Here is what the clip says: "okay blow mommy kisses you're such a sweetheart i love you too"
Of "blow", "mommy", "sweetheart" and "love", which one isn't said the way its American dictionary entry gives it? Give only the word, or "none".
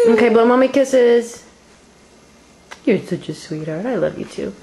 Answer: blow